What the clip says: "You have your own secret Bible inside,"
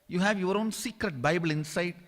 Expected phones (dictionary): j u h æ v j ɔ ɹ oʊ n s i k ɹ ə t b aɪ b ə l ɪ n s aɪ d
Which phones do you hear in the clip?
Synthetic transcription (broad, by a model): j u h æ v j ɔ ɹ oʊ n s i k ɹ ə t b aɪ b ə l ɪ n s aɪ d